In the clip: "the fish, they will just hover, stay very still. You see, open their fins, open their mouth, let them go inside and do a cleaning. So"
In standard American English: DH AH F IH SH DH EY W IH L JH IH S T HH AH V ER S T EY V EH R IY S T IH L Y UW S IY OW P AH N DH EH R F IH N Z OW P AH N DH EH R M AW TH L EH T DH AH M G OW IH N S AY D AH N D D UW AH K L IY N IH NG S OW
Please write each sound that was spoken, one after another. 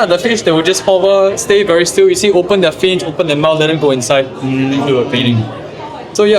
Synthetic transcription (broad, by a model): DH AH F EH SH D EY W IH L JH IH S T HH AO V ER S T EY V EH R IY S T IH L Y UW S IY OW P AH N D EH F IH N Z OW P AH N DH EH M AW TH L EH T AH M G OW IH N S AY AH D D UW AH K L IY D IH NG S OW